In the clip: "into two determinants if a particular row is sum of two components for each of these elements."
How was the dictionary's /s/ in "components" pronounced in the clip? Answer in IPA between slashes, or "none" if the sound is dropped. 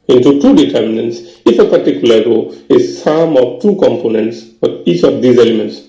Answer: /s/